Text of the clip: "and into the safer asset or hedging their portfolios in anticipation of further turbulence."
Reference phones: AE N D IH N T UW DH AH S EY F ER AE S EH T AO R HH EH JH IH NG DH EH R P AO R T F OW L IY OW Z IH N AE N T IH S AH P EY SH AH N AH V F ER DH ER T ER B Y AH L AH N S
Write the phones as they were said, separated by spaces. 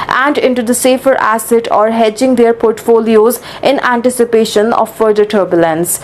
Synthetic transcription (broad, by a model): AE N D IH N T UW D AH S EY F ER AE S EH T AO R HH EH JH IH NG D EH R P AO R T F OW L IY OW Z IH N AE N T IH S AH P EY SH AH N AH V F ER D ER T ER B Y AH L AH N S